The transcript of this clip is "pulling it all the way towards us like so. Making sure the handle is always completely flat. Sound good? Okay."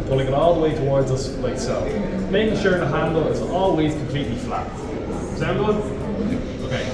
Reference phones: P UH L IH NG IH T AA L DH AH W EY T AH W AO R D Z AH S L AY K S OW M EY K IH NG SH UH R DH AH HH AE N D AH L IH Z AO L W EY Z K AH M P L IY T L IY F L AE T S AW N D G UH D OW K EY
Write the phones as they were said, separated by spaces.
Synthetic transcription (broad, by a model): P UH L IH NG IH T AA L DH AH W EY T AH W AO R D Z AH S L AY K S OW M EY K IH NG SH UH R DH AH HH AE N D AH L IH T AO L W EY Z K AH M P L IY T L IY F L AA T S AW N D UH OW K EY